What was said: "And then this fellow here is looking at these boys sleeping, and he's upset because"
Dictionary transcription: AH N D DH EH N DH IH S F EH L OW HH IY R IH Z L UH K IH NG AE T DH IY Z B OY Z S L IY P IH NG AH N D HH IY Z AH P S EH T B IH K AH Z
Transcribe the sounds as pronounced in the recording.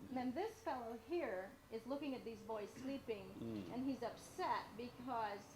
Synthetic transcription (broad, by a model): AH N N DH IH S F EH L OW HH IY R IH Z L UH K IH NG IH T DH IY Z B OY Z S L IY P IH NG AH N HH IY Z AH P S EH T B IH K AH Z